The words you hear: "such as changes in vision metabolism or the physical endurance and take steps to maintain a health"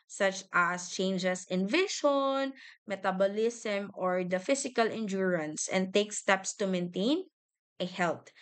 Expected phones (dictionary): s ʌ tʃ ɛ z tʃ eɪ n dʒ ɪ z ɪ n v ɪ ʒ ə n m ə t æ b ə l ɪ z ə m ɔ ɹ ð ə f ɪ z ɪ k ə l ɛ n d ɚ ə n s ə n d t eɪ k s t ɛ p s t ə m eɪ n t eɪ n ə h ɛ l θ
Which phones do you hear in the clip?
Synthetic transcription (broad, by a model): s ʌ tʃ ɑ s tʃ eɪ n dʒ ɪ s ɪ n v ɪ ʃ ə n m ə t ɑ b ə l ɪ s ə m ɔ ɹ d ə f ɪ s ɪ k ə l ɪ n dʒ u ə n s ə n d t eɪ k s t ɛ p s t ə m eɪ n t eɪ n ə h ɛ l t